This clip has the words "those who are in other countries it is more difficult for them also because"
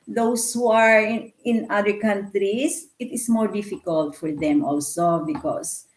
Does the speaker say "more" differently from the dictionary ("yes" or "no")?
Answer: no